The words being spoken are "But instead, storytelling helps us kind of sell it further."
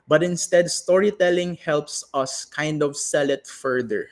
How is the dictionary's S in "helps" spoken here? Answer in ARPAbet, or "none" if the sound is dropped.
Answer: S